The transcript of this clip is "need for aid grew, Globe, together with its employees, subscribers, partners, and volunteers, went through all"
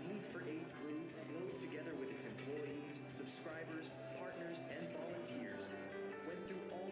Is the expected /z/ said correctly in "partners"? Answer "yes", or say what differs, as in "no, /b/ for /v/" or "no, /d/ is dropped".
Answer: yes